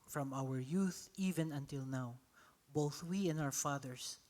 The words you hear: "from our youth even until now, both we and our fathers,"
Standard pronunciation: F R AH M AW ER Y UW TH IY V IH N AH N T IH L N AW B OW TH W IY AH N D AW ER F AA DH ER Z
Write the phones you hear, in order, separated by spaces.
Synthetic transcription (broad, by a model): F R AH M AW ER Y UW TH IY V IH N AH N T IH L N AW B OW TH W IY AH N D AW ER F AA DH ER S